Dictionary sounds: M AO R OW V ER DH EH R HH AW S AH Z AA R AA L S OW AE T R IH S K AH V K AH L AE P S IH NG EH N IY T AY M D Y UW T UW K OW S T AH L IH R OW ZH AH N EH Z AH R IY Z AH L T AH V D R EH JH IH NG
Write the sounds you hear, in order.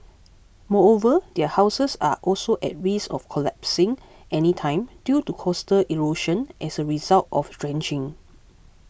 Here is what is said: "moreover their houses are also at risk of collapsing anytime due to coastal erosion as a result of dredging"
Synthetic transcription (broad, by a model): M AO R OW V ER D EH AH HH AW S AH S AA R AA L S OW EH T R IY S AH F K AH L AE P S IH NG EH N IY T AY M D Y UW T UW K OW S T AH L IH R OW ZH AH N EH S AH R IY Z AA L T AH F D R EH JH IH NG